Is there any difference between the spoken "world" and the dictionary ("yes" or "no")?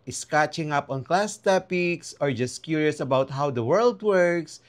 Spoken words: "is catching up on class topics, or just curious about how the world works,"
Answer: no